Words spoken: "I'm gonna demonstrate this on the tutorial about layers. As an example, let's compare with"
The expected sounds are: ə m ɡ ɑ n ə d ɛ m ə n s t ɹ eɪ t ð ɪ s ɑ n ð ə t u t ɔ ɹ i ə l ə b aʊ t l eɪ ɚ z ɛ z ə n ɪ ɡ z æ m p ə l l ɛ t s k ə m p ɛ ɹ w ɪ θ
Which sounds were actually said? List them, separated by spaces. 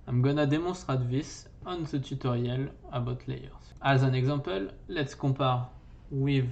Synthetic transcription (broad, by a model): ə m ɡ ɑ n ə d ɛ m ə s t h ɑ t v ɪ s ɑ n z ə t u t ɔ ɹ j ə l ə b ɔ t l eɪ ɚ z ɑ z ə n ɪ ɡ z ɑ p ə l l ɛ t s k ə p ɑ ɹ w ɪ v